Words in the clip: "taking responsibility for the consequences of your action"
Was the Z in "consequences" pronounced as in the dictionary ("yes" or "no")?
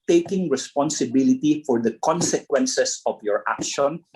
no